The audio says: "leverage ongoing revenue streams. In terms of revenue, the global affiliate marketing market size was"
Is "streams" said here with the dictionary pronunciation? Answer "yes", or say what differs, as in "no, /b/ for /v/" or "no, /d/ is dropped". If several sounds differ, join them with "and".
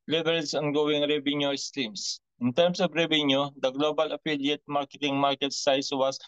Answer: no, /s/ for /z/